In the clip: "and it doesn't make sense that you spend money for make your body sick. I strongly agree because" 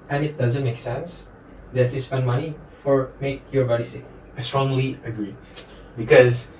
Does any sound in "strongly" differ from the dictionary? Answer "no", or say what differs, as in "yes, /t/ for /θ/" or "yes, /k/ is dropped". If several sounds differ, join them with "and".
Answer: no